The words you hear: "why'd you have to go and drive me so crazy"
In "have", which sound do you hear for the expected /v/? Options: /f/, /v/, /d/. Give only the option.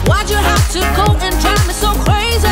/f/